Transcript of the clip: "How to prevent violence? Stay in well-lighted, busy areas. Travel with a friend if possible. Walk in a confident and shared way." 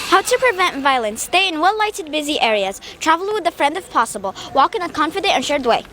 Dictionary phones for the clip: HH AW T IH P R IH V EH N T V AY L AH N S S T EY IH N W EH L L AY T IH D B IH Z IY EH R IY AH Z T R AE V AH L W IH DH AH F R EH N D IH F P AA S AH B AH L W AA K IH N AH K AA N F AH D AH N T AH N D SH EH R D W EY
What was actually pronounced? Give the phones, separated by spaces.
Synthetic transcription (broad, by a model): HH AW T IH P R IH V EH N T V AY L AH N S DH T EY IH N W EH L L AY T IH D B IH Z IY EH R IY AH Z T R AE V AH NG W IH DH AH F R EH N D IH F P AA S AH B AH L W AA K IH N AH K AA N F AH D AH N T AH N SH EH R D W EY